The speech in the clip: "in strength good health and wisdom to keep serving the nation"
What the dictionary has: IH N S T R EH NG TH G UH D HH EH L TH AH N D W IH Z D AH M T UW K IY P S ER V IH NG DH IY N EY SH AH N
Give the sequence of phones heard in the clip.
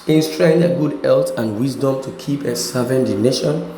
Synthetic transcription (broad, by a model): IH N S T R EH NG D G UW D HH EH L T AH N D W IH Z D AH M T UW K IY P S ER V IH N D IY N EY SH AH N